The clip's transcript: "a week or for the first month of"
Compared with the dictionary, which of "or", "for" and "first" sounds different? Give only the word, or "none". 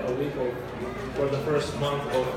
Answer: or